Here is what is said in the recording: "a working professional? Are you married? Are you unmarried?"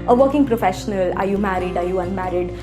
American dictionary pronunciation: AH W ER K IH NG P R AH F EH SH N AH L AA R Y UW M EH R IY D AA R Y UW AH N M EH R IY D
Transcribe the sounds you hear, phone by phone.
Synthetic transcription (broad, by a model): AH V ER K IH NG P R AH F EH SH N AH L AA R Y UW M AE R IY D AA R Y UW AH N M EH R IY D